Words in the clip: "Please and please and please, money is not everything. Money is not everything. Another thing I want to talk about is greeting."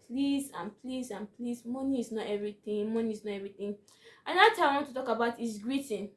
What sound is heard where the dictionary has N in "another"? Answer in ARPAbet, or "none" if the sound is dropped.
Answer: none